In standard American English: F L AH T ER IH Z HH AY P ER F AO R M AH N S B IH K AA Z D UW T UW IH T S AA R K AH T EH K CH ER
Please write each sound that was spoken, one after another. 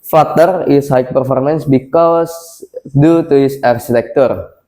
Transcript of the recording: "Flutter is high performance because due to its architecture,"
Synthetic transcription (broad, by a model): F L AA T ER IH S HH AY P ER F AO R M AH N S B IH K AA S D UW T UW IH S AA R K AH T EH K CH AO